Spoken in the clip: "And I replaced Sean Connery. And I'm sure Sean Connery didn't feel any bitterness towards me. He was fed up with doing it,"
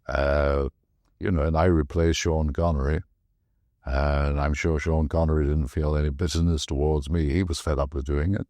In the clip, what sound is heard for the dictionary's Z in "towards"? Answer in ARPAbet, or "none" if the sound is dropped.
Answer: Z